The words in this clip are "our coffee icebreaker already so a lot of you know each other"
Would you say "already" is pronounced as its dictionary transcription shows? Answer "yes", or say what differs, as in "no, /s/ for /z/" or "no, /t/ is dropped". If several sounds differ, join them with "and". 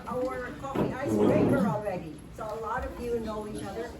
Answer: yes